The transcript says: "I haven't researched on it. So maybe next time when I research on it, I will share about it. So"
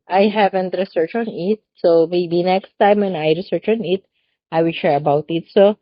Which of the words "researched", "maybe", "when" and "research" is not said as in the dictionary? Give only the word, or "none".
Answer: researched